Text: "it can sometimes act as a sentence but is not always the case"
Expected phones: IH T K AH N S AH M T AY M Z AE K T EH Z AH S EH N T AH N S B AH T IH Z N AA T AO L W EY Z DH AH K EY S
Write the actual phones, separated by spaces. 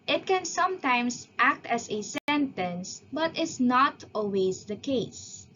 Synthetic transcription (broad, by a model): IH T K AH N S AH M T AY M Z AE K T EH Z AH S EH N T AH N S B AH T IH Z N AA T AO L W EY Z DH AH K EY S